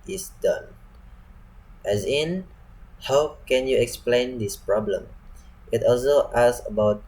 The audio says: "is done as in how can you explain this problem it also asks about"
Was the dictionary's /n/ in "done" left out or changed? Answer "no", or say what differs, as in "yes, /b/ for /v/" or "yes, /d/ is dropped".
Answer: no